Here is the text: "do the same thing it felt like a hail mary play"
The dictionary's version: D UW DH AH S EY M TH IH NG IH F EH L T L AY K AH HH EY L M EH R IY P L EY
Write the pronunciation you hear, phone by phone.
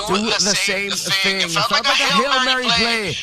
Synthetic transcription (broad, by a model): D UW DH AH S EY M TH IH NG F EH T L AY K AH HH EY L M EH R IY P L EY